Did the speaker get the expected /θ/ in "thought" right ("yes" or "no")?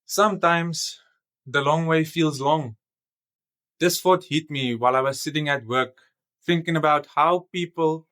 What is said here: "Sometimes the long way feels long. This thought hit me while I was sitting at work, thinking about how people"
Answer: no